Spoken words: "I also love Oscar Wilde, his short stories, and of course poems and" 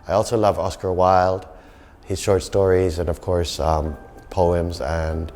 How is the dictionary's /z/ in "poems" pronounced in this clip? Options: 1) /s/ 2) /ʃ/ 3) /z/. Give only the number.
3